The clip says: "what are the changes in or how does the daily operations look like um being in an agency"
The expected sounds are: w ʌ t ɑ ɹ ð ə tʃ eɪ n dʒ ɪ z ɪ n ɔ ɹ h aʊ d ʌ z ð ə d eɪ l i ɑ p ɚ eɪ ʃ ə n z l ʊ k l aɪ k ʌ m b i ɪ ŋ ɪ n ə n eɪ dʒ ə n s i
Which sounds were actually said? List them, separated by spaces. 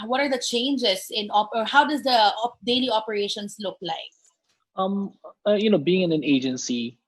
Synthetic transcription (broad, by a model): w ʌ t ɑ ɹ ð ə tʃ eɪ n dʒ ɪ s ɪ n ɔ ɹ h aʊ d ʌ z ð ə d eɪ l i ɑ p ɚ eɪ ʃ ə n s l ʊ k l aɪ k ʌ m b i ɪ ŋ ɪ n ə n eɪ dʒ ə n s i